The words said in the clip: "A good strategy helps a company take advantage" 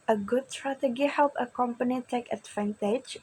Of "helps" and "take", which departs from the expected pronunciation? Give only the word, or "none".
helps